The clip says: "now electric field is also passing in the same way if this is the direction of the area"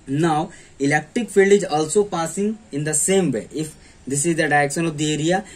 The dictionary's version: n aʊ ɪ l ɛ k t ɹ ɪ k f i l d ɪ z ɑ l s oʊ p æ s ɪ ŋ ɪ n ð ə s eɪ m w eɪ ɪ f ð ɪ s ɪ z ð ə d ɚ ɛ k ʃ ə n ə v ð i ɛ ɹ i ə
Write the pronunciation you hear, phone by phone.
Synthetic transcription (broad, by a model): n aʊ ɪ l ɛ k t ɹ ɪ k f i l d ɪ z ɑ l s oʊ p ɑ s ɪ ŋ ɪ n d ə s eɪ m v eɪ ɪ f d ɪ s ɪ z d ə d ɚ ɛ k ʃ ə n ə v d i ɛ ɹ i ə